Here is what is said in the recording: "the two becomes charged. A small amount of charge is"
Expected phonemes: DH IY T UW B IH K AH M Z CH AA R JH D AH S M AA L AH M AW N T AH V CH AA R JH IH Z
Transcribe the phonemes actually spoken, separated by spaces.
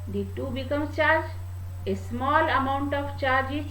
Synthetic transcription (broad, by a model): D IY T UW B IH K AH M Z CH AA R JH AH S M AA L AH M AW N T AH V CH AA R JH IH